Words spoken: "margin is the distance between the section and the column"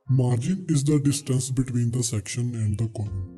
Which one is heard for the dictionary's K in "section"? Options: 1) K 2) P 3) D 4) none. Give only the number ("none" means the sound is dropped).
1